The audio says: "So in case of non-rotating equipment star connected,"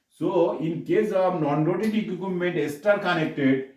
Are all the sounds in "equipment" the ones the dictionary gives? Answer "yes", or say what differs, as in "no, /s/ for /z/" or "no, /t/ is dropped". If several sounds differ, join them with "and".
no, /p/ is dropped